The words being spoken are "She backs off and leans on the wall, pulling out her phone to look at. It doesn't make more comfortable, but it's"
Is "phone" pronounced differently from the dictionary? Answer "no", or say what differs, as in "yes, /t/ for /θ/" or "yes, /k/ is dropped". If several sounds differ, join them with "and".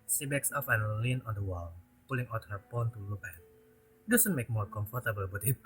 yes, /p/ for /f/